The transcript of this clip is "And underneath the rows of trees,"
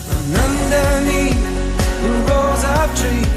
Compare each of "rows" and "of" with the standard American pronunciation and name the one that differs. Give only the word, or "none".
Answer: of